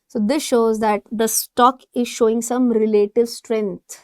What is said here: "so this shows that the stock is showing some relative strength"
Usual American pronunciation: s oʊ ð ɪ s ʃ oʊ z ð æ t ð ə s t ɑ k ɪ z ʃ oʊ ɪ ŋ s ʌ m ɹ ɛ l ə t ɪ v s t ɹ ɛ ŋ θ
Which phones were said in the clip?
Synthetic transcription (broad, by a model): s oʊ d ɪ s ʃ oʊ z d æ t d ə s t ɑ k ɪ z ʃ oʊ ɪ ŋ s ʌ m ɹ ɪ l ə t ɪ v s t ɹ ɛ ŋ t